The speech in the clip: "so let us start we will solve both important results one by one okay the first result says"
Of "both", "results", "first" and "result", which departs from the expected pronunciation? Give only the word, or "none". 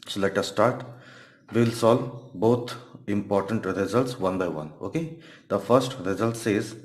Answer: both